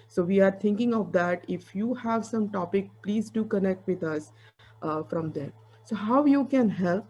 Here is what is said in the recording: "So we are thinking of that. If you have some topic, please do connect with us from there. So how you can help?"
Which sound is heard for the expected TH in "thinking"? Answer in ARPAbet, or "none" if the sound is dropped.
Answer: T